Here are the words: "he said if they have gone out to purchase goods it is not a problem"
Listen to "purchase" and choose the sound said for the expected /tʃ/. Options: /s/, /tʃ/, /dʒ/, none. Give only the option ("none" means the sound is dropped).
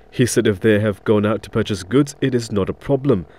/tʃ/